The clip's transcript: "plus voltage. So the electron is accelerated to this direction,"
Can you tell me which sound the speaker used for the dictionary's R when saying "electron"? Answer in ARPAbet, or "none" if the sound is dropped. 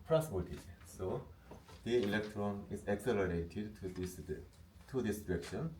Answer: R